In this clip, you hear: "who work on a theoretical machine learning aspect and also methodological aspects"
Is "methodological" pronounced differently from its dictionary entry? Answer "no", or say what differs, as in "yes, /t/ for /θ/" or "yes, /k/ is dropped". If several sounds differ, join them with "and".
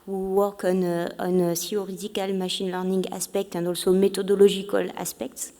yes, /t/ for /θ/